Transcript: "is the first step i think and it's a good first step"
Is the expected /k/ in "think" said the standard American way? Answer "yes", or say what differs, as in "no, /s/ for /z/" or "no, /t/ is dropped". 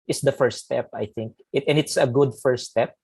yes